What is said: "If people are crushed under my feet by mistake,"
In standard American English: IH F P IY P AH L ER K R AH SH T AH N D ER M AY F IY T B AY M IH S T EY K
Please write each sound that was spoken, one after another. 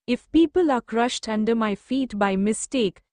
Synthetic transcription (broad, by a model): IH F P IY P AH L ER K R AH SH T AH N D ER M AY F IY T B AY M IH S T EY K